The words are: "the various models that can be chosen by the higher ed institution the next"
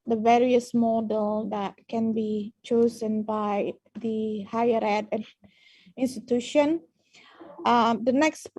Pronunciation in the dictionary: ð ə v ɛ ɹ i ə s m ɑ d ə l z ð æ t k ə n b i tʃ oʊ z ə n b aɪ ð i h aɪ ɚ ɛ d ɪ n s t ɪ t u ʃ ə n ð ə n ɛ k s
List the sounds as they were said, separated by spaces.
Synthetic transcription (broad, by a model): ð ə v ɛ ɹ i ə s m ɑ d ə l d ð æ t k ə n b i tʃ oʊ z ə n b aɪ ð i h aɪ ɚ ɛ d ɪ n s t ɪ t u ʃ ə n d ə n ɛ k s